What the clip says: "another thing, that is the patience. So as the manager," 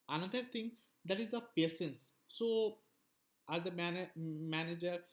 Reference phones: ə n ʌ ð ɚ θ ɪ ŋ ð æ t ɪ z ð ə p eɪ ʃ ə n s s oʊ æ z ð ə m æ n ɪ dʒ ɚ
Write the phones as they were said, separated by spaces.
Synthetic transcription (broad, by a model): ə n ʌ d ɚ t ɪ ŋ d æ t ɪ z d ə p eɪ s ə n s s oʊ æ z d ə m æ n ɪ dʒ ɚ